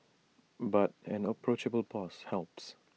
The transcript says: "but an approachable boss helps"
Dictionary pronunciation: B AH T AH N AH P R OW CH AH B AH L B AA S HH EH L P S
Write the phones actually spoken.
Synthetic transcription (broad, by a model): B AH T AH N AH P R OW CH AH B AH L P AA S HH EH L P S